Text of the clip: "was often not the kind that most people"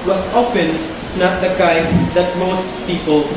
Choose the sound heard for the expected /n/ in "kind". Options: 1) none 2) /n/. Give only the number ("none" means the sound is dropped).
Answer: 1